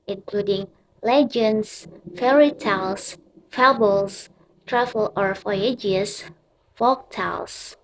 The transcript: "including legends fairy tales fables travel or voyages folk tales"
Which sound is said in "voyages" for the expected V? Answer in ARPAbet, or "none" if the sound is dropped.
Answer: F